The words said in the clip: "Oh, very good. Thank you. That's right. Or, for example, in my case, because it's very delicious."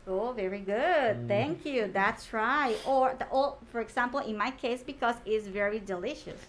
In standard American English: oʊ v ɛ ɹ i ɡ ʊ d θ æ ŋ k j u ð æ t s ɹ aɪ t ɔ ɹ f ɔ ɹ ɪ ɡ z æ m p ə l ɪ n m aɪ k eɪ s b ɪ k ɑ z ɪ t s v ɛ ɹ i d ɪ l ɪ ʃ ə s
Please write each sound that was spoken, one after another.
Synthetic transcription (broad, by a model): oʊ v ɛ ɹ i ɡ ʊ d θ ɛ ŋ k j u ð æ t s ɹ aɪ t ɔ l f ɔ ɹ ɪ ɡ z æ m p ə l ɪ n m aɪ k eɪ s b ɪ k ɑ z ɪ t s v ɛ ɹ i d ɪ l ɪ ʃ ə s